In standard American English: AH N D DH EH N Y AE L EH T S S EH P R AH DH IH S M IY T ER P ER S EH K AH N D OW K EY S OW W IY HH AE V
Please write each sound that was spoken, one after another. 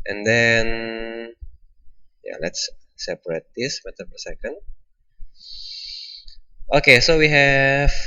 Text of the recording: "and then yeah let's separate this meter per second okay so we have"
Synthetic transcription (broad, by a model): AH N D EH N Y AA L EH T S S EH P R AH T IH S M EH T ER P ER S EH K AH N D OW K EY S OW W IY HH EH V